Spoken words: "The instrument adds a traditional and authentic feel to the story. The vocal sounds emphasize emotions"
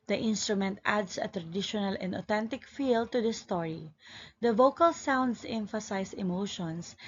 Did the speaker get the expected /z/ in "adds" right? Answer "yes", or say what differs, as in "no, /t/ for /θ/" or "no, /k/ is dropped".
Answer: no, /s/ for /z/